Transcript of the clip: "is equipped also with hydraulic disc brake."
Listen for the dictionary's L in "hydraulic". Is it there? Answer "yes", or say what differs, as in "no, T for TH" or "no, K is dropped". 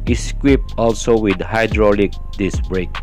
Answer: yes